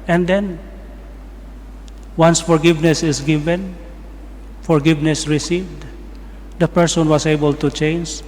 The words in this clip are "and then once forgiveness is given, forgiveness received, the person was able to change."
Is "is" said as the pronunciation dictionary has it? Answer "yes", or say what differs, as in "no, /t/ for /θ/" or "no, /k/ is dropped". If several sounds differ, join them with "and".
no, /s/ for /z/